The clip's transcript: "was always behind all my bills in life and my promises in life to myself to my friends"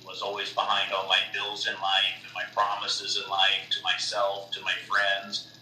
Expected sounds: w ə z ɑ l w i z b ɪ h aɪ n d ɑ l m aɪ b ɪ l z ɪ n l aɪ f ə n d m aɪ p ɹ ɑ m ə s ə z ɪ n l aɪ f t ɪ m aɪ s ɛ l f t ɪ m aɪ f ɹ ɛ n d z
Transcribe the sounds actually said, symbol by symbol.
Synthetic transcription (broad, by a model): w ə z ɑ l w i z b ɪ h aɪ n d ɑ l m aɪ b ɪ l z ɪ n l aɪ f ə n m aɪ p ɹ ɑ m ə s ə z ɪ n l aɪ f t ɪ m aɪ s ɛ l f t ɪ m aɪ f ɹ ɛ n d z